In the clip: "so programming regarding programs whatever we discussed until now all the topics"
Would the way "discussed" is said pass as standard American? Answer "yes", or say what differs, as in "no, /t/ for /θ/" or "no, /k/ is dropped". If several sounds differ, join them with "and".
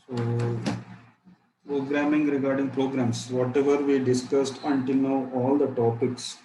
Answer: yes